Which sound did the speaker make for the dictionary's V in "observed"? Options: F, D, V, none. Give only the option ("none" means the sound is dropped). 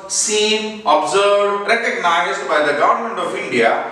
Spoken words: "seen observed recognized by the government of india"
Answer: none